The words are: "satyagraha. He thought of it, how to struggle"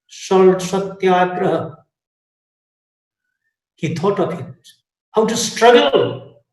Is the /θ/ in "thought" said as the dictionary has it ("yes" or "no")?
no